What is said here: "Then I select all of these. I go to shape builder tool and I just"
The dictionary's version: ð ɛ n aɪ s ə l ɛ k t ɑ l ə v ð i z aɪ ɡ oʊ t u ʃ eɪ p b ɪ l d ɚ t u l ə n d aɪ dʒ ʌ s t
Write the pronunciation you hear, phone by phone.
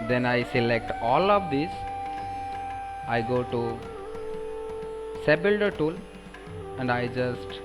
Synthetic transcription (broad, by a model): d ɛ n aɪ s ə l ɛ k t ɑ l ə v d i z aɪ ɡ oʊ t u s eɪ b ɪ l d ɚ t u l ə n d aɪ dʒ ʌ s t